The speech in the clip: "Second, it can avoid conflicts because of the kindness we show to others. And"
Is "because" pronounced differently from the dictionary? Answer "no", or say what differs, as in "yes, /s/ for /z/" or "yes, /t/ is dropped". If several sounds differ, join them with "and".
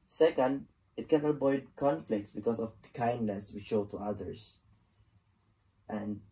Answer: yes, /s/ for /z/